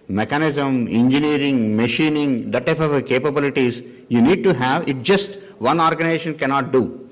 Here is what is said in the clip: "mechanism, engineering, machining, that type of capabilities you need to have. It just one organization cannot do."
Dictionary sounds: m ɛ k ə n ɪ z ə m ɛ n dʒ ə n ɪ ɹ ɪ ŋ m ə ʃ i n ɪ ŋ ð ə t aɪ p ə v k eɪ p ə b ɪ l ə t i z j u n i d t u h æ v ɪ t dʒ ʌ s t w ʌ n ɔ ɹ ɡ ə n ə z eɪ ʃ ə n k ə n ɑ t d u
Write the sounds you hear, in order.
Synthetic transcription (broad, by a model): m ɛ k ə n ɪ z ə m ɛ n dʒ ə n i ɹ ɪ ŋ m ə ʃ i n ɪ ŋ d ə t aɪ p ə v k eɪ p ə b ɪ l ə t i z j u n i d t u h æ v ɪ t dʒ ʌ s t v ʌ n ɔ ɹ ɡ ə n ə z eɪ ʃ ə n k ə n ɑ t d u